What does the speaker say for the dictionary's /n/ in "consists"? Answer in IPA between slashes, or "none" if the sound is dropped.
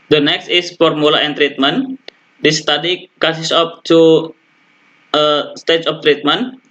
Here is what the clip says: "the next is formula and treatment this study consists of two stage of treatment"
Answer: none